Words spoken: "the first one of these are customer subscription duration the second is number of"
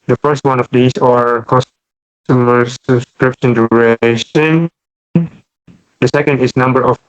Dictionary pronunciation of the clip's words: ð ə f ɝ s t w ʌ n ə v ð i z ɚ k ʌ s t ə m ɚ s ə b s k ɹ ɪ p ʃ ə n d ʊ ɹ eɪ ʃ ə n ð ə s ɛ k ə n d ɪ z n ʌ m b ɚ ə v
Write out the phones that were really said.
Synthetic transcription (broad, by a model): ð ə f ɝ s t w ʌ n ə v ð i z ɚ k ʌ s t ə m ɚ s ə b s k ɹ ɪ p ʃ ə n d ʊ ɹ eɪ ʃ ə n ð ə s ɛ k ə n d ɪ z n ʌ m b ɚ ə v